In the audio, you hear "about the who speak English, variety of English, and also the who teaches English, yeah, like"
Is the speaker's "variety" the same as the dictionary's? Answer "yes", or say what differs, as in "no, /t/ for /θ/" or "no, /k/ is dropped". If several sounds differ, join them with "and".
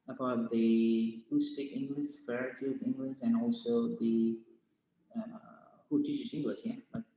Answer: no, /f/ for /v/